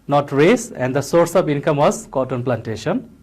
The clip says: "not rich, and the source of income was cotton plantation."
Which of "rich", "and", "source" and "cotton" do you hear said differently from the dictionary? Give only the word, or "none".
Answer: rich